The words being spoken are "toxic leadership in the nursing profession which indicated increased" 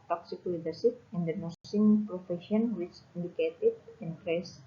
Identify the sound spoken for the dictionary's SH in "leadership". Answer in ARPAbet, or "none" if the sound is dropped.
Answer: S